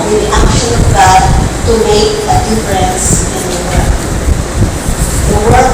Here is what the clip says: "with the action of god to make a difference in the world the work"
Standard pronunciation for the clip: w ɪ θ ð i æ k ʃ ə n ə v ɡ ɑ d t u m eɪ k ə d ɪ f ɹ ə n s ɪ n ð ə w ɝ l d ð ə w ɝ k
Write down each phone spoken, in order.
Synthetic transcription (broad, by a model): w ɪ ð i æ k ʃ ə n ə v ɡ ɑ d t u m eɪ k ə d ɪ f ɹ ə n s ɪ n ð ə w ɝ d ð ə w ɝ